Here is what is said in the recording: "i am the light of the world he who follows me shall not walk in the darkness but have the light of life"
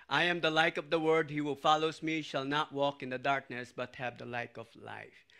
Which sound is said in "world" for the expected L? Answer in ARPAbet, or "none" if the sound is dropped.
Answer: none